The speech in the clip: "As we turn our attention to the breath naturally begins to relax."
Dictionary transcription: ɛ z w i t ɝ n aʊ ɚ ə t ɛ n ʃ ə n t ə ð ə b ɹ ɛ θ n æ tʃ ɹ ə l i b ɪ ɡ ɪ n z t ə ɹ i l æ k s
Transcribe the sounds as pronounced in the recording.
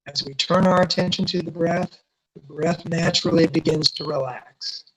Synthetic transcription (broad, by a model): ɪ z w i t ɝ n aʊ ɚ ə t ɛ n ʃ ə n t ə ð ə b ɹ ɛ θ n æ tʃ ɹ l i b ɪ ɡ ɪ n z t ə ɹ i l æ k s